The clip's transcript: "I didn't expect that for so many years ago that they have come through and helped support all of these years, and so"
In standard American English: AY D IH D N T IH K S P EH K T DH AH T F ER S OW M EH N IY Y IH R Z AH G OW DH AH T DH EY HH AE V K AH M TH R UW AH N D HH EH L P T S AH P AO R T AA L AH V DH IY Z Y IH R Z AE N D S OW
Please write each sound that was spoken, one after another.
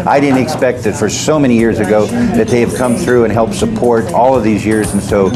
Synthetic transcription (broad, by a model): AY D IH D N T IH K S P EH K T DH AH T F ER S OW M EH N IY Y IH R Z AH G OW DH AH T DH EY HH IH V K AH M TH R UW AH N HH EH L P T S AH P AO R T AA L AH V DH IY Z Y IH R Z N S OW